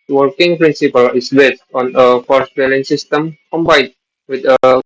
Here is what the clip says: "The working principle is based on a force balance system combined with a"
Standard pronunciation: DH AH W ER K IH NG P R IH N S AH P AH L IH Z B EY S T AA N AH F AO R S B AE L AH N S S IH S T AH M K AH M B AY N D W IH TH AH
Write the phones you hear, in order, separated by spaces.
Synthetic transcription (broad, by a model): W ER K IH NG P R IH N S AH P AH L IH S B EY S T AA N AH F AO R S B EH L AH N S S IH S T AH M K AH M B AY D W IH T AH